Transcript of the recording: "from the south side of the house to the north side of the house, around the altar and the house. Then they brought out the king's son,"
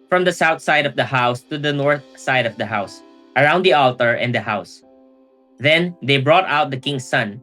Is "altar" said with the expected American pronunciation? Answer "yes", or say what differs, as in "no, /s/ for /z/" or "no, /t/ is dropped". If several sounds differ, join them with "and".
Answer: yes